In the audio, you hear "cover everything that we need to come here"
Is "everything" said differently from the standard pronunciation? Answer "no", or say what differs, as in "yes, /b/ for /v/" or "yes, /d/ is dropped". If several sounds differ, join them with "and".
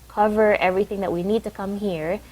no